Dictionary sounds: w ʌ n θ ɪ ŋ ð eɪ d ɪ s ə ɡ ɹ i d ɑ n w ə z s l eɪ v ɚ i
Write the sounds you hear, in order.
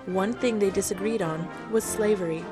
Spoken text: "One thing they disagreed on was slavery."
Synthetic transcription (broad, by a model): w ʌ n θ ɪ ŋ ð eɪ d ɪ s ə ɡ ɹ i d n w ə z s l eɪ v ɚ i